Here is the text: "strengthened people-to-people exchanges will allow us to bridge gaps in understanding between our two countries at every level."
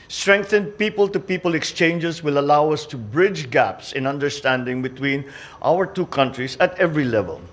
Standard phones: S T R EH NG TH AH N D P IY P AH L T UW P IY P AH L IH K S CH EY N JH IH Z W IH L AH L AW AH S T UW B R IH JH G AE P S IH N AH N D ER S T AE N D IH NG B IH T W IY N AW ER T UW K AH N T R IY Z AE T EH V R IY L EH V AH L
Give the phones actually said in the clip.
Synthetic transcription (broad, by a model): S T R EH NG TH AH N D P IY P AH L T UW P IY P AH L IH K S CH EY N JH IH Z W IH L AH L AW AH S T UW B R IH JH G AE P S IH N AH N D ER S T AE N D IH NG B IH T W IY N AW ER T UW K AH N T R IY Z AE T EH V R IY L EH V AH L